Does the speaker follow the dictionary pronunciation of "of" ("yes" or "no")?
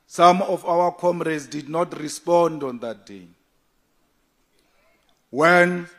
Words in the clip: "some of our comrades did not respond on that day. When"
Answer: no